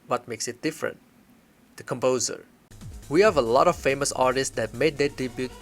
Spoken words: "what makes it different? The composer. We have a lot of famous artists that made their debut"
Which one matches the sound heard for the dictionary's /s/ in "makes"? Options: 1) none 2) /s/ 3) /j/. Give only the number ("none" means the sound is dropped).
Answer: 2